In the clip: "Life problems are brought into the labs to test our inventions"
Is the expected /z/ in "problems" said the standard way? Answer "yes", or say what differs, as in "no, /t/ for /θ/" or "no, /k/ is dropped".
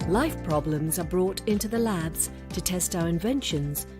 yes